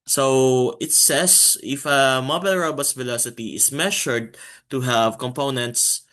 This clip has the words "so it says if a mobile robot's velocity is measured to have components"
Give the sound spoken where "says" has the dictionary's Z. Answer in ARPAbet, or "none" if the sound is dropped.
S